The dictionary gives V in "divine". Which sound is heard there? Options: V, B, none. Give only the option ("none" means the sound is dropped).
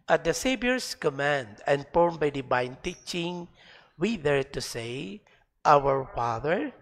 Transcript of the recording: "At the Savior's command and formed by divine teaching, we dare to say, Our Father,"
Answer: B